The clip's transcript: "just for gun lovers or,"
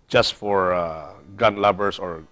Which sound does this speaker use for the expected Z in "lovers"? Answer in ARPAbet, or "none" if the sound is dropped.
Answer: S